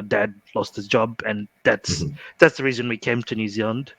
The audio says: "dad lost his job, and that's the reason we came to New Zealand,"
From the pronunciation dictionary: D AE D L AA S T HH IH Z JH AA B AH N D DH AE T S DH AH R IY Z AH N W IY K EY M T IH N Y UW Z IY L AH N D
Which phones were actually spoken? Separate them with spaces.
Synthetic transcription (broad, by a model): D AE D L AA S T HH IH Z JH AA B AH N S DH AE T S DH AH R IY Z AH N W IY K EY M T IH N Y UW Z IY L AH N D